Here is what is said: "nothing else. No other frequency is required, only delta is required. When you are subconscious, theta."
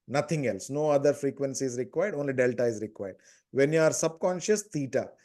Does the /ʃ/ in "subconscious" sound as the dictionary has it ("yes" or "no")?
yes